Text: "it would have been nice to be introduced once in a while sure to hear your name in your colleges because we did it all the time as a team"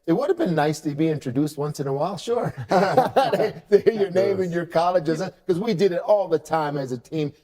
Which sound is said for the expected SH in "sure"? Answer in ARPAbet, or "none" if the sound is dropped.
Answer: SH